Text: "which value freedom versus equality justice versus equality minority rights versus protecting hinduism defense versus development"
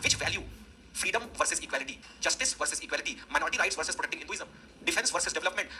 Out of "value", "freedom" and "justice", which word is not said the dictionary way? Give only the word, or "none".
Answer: none